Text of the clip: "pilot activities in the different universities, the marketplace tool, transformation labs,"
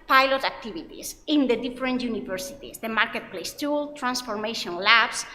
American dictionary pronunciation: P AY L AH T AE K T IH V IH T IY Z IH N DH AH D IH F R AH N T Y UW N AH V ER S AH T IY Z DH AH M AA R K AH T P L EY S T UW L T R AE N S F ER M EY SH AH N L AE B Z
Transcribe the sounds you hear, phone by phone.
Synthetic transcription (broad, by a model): P AY L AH T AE K T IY B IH T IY S IH N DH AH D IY F R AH N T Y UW N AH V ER S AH T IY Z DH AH M AA R K AH T P L EY S T UW L T R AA N S F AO M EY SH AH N L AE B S